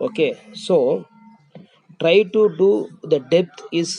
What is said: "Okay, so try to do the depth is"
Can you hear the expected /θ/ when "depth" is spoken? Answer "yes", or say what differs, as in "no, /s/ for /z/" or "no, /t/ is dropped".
no, /t/ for /θ/